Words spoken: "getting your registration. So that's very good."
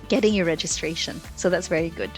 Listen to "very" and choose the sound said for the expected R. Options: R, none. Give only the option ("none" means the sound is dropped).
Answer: R